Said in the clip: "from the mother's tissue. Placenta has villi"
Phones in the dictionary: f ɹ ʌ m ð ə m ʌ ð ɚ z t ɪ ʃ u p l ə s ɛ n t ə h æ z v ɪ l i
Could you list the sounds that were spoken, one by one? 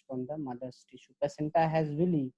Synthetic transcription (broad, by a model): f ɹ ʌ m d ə m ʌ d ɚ s t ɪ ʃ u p ə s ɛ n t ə h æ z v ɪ l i